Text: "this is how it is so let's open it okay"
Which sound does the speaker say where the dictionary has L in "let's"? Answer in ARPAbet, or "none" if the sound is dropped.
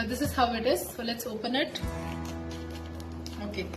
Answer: L